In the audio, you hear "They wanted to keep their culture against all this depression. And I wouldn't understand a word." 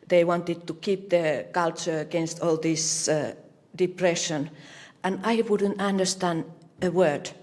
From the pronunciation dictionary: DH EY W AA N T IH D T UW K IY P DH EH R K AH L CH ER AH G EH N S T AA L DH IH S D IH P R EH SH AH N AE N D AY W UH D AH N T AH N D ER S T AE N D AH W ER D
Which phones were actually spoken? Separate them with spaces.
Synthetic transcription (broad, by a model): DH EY W AA N T IH D T UW K IY P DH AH K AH L CH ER AH G EH N S T AA L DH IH S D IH P R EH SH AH N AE N AY W UH D AH N T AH N D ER S T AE N D AH W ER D